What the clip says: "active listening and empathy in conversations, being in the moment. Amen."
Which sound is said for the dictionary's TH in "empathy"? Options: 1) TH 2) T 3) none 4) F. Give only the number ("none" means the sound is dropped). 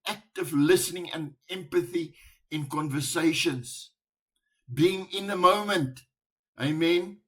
1